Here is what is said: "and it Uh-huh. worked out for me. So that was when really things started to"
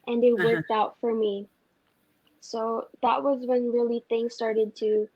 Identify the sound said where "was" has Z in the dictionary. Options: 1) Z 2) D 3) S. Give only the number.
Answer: 1